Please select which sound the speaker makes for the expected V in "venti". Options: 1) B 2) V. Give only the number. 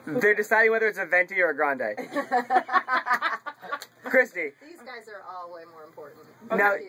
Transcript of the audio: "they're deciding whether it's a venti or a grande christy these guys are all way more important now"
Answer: 2